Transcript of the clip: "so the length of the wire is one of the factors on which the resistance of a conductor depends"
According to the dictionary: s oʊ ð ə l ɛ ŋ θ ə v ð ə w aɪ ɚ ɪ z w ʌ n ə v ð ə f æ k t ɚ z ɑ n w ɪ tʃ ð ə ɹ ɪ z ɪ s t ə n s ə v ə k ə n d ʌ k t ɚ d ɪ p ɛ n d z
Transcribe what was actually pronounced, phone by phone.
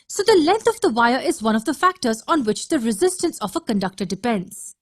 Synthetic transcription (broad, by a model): s oʊ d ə l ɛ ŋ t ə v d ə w aɪ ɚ ɪ z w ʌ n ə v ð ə f æ k t ɚ z ɑ n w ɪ tʃ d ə ɹ ɪ z ɪ s t ə n s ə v ə k ə n d ʌ k t ɚ d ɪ p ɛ n d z